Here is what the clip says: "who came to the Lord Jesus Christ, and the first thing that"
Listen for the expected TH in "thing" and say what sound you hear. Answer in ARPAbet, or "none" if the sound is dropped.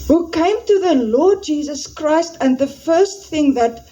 TH